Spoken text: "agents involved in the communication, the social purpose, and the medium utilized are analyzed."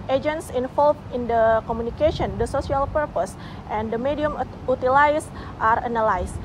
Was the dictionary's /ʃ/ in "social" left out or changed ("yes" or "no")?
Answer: yes